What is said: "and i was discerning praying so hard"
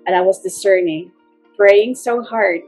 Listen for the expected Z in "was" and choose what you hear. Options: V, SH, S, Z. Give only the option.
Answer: Z